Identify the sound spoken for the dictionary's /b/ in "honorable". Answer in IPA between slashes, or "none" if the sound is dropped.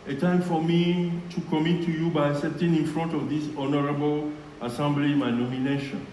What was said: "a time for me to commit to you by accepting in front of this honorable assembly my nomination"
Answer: /b/